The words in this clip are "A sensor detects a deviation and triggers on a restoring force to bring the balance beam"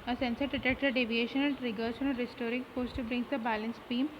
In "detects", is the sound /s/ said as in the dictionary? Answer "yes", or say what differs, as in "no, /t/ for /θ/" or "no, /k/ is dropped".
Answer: no, /s/ is dropped